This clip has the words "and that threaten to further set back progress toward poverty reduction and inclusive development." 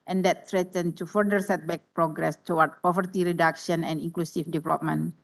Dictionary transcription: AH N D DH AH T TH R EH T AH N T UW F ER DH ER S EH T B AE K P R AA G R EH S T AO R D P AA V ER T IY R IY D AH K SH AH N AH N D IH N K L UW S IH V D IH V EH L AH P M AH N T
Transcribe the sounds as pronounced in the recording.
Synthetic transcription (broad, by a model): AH N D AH T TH R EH T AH N T UW F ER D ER S EH T B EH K P R AA G R EH S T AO W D P AA V ER T IY R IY D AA K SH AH N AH N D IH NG K L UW S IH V D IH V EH L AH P M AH N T